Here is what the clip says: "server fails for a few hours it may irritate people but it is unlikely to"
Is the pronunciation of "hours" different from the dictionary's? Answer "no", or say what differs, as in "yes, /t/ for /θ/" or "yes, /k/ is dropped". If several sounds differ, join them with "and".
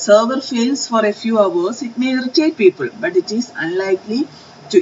yes, /s/ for /z/